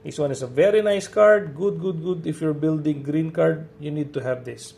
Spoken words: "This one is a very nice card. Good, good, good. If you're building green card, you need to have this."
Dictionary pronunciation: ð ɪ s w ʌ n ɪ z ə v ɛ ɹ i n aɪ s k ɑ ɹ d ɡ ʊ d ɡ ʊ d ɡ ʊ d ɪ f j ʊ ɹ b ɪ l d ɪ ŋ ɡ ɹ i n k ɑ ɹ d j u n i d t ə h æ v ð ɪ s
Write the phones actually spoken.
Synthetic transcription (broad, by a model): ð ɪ s w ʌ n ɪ s ə v ɛ ɹ i n aɪ s k ɑ ɹ d ɡ ʊ d ɡ ʊ d ɡ ʊ d ɪ f j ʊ ɹ b ɪ l d ɪ ŋ ɡ ɹ i n k ɑ ɹ d j u n i d t ə h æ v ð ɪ s